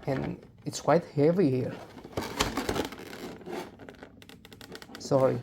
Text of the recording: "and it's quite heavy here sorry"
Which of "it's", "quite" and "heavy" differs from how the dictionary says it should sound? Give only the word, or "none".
none